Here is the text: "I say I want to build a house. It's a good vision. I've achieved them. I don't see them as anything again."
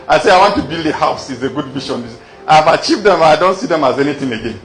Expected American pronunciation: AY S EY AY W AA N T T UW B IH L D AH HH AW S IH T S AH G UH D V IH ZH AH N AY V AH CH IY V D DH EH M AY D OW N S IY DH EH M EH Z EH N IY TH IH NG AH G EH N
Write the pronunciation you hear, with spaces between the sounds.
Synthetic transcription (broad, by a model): AY S EY AY W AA N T T UW B IH L D AH HH AW S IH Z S AH G UH D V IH SH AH N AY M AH CH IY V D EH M AY D OW N S IY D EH M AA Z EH N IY T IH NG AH G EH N